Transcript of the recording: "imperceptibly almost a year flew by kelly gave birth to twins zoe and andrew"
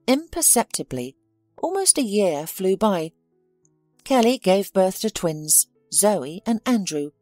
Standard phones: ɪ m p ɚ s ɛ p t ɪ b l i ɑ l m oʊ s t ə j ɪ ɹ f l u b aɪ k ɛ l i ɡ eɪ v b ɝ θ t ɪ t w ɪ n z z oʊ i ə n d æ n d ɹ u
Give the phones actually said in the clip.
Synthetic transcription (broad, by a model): ɪ m p ɚ s ɛ p t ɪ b l i ɑ l m oʊ s t ə j ɪ ɹ f l u b aɪ k ɛ l i ɡ eɪ v b ɝ θ t ɪ t w ɪ n z z oʊ i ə n æ n d ɹ u